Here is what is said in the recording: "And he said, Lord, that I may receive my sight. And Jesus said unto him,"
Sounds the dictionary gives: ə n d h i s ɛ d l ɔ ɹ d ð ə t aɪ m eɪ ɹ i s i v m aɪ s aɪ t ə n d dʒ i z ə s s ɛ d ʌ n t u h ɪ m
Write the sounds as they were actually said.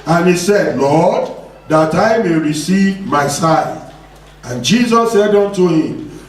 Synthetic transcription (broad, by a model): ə n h i s ɛ d l ɔ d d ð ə t aɪ m eɪ ɹ i s i v m aɪ s aɪ ə n dʒ i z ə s s ɛ d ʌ n t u h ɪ m